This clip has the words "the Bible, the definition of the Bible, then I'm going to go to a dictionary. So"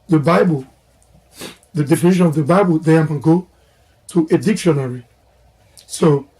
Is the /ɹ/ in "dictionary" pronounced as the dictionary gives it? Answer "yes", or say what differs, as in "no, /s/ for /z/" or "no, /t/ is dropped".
yes